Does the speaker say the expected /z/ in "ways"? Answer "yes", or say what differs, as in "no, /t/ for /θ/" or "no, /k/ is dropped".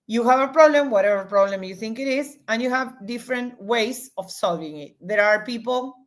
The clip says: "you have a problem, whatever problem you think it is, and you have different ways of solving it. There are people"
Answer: no, /s/ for /z/